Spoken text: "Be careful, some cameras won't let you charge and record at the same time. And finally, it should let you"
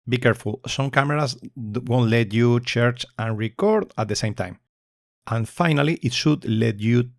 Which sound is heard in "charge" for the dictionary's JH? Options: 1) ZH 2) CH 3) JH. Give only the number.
2